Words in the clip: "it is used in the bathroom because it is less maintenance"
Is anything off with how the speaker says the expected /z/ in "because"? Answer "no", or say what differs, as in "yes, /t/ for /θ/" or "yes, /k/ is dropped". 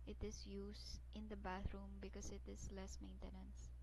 yes, /s/ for /z/